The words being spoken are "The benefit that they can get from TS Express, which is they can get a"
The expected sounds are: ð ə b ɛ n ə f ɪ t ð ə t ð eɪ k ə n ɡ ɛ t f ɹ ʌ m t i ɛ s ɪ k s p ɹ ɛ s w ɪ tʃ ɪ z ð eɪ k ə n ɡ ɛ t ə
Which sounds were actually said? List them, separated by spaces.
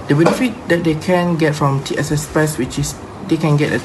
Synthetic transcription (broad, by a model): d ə b ɛ n ə f ɪ t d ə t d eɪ k ə n ɡ ɛ t f ɹ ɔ m t i ɛ s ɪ s p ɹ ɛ s w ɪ tʃ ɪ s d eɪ k ə n ɡ ɛ t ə